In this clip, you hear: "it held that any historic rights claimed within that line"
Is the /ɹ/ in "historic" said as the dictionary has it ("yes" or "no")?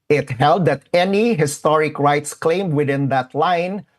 yes